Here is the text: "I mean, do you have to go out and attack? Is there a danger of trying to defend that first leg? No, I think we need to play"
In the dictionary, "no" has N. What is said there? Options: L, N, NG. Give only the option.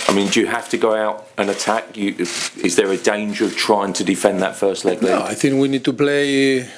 L